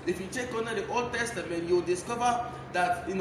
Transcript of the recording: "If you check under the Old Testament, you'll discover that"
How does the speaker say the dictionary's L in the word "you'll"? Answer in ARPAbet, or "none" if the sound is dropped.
W